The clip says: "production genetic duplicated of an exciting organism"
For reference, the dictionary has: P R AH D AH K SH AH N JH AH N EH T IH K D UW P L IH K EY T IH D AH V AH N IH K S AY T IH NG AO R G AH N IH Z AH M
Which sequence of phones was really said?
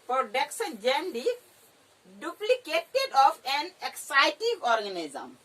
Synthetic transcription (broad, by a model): P R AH D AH K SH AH N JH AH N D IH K D UW P L IH K EY T IH D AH P AH N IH K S AY T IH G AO R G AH N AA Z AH M